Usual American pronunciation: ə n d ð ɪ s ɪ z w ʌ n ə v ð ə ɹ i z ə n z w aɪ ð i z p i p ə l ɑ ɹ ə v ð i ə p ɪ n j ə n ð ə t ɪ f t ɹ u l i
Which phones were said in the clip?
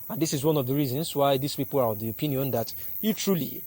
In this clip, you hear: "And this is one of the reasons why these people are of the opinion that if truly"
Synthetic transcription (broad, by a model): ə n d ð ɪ s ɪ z w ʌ n ə v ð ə ɹ i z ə n s w aɪ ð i s p i p ə l ɑ ɹ ə v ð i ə p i n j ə n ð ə t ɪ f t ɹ u l i